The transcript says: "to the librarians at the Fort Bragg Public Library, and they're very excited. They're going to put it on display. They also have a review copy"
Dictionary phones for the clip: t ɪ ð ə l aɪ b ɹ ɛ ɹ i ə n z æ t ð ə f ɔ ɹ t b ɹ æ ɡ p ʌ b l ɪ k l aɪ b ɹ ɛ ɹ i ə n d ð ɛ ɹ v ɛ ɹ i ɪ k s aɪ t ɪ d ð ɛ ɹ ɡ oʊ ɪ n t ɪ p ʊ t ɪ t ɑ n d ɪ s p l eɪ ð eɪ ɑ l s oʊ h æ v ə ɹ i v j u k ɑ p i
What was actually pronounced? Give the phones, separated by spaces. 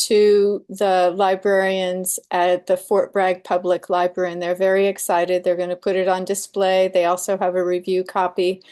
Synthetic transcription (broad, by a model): t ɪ ð ə l aɪ b ɹ ɛ ɹ i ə n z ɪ t ð ə f ɔ ɹ t b ɹ æ ɡ p ʌ b l ɪ k l aɪ b ɹ ɛ ɹ i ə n ð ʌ ɹ v ɛ ɹ i ɪ k s aɪ t ɪ d ð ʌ ɹ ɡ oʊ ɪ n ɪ p ʊ t ɪ t n d ɪ s p l eɪ ð eɪ ɑ l s oʊ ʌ v ə ɹ i v j u k ɑ p i